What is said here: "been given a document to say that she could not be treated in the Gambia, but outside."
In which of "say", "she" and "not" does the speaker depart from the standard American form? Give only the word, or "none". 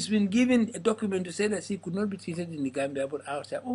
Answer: she